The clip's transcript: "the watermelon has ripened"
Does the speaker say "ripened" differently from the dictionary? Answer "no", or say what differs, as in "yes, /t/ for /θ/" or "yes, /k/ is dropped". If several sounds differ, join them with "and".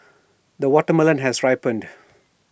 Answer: no